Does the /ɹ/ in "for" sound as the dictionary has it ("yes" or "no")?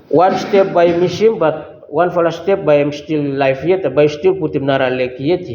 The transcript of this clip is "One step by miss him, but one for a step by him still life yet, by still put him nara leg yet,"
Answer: no